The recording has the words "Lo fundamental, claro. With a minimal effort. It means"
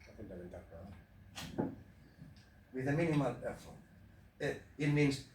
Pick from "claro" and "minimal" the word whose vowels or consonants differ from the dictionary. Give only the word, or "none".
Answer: claro